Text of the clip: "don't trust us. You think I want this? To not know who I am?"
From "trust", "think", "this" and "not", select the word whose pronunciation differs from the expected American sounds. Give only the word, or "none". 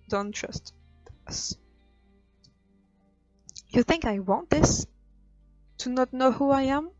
none